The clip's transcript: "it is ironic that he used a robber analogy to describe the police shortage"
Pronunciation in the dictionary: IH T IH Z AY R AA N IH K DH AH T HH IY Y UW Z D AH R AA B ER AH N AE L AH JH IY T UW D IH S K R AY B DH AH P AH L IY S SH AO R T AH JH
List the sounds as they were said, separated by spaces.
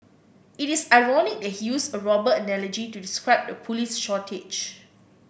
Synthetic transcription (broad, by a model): IH T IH S AY R AA N IH K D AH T HH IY Y UW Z AH R AA B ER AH N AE L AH JH IY T UW D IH S K R AY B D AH P AH L IY S SH AO T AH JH